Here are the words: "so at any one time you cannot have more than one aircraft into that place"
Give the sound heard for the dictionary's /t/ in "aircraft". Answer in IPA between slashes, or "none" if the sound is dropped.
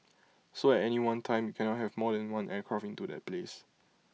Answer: none